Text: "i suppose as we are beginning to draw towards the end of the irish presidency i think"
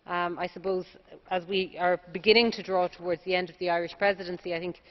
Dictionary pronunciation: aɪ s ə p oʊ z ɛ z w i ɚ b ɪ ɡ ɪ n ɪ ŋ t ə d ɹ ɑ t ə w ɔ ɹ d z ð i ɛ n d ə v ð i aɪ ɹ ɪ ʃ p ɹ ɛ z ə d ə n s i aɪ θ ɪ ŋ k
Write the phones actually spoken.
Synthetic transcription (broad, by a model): aɪ s ə p oʊ z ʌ z w i ɚ b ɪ ɡ ɪ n ɪ ŋ t ə d ɹ ɑ t ə w ɔ ɹ d z ð i ɛ n d ə v ð i aɪ ɹ ɪ ʃ p ɹ ɛ z ə d ə n s i aɪ θ ɪ ŋ k